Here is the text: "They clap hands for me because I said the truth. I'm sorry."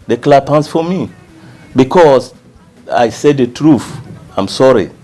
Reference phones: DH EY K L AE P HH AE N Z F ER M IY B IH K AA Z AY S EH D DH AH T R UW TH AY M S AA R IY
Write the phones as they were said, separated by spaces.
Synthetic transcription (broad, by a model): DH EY K L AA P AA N S F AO M IY B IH K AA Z AY S EH D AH T R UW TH AY M S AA R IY